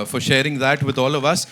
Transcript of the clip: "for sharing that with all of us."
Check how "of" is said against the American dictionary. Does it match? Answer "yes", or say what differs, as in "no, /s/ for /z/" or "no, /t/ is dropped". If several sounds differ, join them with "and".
yes